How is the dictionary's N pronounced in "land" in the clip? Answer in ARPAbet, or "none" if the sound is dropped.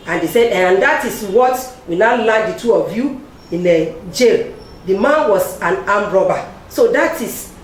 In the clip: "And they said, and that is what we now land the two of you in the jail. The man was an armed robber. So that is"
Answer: none